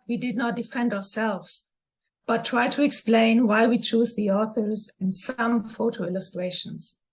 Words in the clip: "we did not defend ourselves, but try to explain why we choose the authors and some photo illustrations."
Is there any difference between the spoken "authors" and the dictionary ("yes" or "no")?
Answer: no